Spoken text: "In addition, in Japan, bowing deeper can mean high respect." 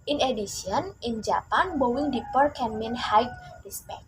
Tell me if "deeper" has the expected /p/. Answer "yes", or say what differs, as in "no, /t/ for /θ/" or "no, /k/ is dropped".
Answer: yes